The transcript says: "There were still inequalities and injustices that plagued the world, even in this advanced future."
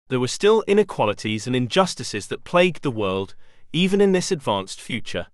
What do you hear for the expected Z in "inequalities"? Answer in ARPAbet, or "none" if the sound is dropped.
Z